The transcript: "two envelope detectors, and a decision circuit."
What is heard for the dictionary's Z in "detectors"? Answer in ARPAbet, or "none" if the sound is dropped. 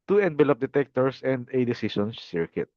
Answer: S